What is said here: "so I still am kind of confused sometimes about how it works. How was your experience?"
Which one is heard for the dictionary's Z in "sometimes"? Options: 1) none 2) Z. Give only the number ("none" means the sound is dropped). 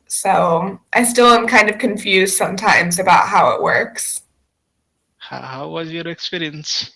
2